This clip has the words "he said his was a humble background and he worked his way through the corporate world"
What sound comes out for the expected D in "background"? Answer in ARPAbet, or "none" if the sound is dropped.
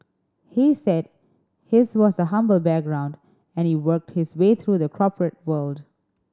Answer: D